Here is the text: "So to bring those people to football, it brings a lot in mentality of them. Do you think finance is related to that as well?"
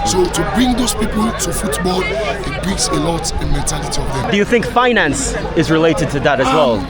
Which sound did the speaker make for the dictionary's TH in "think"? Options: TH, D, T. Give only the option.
TH